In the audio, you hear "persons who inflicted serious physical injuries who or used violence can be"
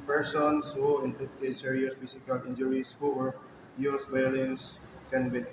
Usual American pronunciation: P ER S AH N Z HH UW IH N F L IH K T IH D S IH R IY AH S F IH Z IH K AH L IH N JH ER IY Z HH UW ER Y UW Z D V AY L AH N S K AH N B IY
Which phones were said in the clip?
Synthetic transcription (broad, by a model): P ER S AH N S HH UW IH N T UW T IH S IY R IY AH S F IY S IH K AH L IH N JH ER IY S HH UW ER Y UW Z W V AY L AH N S K AH N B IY